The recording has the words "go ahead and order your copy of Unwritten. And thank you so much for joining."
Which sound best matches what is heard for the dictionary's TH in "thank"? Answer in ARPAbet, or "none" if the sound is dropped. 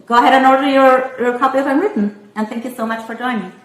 TH